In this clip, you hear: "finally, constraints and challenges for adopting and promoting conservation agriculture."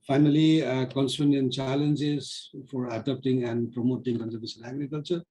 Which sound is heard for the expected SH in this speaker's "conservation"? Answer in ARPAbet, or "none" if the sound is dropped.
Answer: S